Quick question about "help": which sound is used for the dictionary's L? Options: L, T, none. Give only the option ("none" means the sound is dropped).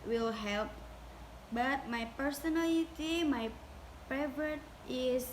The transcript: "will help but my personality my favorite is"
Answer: L